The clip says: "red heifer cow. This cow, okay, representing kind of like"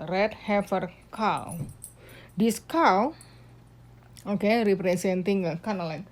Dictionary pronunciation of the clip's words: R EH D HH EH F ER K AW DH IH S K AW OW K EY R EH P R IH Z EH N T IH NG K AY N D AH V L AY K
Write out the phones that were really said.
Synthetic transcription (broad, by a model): R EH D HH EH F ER K AW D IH S K AW OW K EY R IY P R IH S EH N T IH NG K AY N AH L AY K